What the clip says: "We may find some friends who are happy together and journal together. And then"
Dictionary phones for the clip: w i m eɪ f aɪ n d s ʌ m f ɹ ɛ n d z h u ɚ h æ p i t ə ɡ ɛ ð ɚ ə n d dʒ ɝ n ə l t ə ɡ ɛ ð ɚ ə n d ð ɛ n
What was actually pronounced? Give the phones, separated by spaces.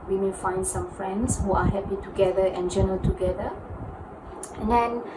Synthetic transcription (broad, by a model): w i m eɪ f aɪ n d s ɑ m f ɹ ɛ n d s h u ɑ h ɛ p i t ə ɡ ɛ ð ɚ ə n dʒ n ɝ ə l t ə ɡ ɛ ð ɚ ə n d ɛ n